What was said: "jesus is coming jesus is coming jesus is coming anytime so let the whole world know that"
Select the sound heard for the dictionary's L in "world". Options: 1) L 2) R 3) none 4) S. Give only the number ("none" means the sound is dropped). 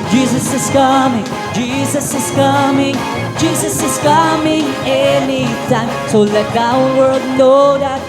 3